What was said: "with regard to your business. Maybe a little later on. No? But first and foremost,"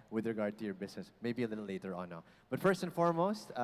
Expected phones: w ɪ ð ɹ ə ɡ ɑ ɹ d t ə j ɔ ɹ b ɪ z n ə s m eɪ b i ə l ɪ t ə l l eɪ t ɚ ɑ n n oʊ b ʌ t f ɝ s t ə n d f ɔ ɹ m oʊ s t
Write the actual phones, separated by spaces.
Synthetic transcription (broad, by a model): w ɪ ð ɹ ə ɡ ɑ ɹ d t ə j ɔ ɹ b ɪ s n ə s m eɪ b i ə l ɪ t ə l l eɪ t ɚ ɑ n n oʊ b ʌ t f ɝ s t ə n f ɔ ɹ m oʊ s t